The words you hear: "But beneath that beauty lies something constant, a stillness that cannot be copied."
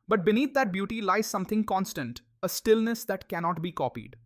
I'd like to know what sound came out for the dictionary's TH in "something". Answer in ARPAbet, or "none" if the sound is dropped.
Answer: T